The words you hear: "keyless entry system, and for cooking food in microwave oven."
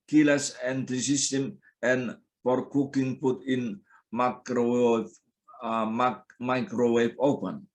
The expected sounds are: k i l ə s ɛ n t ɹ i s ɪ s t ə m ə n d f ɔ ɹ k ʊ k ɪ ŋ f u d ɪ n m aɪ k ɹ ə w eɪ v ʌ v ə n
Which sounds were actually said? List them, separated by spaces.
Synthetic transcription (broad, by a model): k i l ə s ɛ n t i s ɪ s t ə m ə n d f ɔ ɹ k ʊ k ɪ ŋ p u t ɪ n m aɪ k ɹ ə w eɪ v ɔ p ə n